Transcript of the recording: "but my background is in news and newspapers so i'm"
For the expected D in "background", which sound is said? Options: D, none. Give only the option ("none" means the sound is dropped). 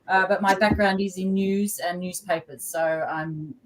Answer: D